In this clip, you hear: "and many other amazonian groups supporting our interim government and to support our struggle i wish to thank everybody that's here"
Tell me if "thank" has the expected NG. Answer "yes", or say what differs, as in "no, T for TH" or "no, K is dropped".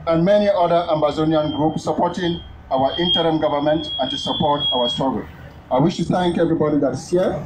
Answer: yes